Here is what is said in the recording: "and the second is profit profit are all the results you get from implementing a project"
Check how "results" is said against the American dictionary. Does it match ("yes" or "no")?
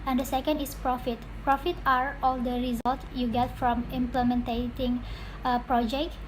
no